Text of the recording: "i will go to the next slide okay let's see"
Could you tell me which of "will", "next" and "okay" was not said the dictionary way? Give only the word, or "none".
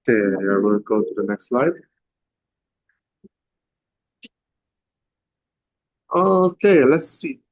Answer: will